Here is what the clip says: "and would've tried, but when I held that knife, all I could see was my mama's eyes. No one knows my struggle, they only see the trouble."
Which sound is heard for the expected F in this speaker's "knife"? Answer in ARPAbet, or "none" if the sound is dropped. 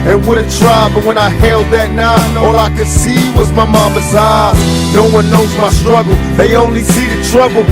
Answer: none